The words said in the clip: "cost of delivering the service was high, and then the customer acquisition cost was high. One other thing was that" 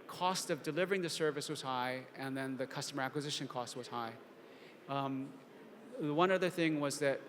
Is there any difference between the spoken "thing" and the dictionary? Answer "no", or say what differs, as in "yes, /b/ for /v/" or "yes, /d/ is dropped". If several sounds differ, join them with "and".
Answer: no